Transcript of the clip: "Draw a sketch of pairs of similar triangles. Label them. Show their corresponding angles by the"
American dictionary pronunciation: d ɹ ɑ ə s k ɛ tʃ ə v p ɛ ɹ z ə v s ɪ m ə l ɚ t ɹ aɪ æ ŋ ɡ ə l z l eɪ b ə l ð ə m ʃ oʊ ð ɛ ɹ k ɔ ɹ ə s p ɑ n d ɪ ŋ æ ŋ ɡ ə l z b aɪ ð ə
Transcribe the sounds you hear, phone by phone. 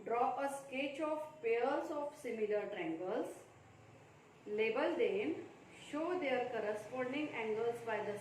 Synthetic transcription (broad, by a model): d ɹ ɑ ə s k ɛ tʃ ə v p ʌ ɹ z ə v s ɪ m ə l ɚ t ɹ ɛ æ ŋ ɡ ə l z l eɪ b ə l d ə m ʃ oʊ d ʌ ɹ k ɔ ɹ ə s p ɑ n d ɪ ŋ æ ŋ ɡ ə l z b aɪ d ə